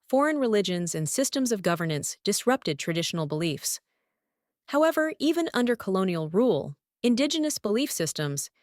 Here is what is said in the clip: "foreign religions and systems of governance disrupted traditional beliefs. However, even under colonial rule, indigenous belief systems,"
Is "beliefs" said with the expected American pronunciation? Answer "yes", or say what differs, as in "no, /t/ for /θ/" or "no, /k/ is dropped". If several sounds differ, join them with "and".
yes